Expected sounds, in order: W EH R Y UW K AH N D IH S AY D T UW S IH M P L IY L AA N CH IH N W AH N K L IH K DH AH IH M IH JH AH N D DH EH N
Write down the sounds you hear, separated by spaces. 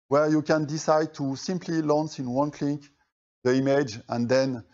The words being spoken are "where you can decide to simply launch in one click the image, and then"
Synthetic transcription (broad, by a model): W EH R Y UW K AH N D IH S AY D T UW S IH M P L IY L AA N S IH N W AH N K L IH K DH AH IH M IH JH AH N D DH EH N